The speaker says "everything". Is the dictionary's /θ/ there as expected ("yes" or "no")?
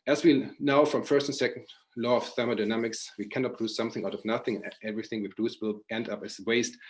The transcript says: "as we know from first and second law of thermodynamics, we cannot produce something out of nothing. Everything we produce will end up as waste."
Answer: yes